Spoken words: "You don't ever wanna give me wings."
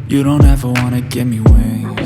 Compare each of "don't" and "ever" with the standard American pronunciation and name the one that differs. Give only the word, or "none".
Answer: none